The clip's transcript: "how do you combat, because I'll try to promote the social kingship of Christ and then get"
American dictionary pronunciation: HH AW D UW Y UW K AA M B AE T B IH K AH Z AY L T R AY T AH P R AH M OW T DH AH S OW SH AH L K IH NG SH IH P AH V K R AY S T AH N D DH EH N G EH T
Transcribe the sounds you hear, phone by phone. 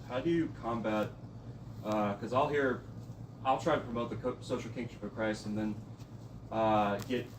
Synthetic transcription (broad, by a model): HH AW D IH Y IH K AA M B AE T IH K AH Z AY L T R AY T AH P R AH M OW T DH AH S OW SH L K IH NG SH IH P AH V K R AY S AH N DH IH N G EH T